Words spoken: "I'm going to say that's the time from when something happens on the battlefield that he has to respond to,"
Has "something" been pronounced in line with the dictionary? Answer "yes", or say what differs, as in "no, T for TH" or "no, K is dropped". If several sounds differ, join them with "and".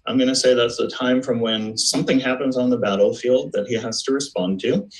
yes